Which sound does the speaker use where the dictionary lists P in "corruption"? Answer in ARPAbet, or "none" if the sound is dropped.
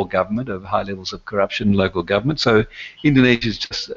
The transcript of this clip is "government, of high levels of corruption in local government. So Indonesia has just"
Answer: P